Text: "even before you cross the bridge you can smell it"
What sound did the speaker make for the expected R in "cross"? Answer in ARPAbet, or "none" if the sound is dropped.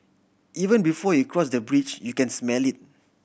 R